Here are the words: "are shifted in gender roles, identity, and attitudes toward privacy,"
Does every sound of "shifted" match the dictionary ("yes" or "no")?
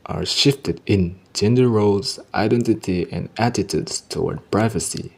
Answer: yes